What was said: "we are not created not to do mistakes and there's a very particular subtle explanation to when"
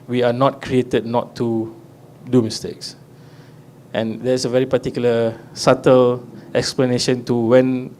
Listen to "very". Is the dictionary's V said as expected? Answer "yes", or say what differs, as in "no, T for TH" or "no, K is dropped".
yes